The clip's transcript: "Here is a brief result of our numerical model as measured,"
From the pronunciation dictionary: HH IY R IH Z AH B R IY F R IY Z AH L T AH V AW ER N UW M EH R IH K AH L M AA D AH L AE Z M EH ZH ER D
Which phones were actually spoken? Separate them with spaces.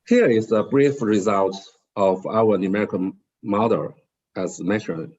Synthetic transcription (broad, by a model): HH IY R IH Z AH B R IY F R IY Z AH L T AH V AW ER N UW M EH R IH K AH N M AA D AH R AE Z M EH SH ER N